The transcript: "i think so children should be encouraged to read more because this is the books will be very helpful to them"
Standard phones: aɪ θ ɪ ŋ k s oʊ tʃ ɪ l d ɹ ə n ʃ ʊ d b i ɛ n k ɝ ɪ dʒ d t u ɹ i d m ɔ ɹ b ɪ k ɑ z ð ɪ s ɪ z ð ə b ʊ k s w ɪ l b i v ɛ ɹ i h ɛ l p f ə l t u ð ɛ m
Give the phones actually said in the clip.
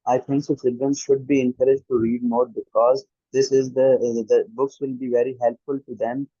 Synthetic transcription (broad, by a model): aɪ t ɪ ŋ k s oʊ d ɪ d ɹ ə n ʃ ʊ d b i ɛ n k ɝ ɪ dʒ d t u ɹ i d m ɔ ɹ b ɪ k ɑ z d ɪ s ɪ z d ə b ʊ k s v ɪ l b i v ɛ ɹ i h ɛ l p f ə l t u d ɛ m